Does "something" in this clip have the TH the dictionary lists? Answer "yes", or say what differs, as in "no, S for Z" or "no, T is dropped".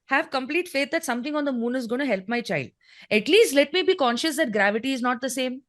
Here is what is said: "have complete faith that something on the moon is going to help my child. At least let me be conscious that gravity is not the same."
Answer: no, T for TH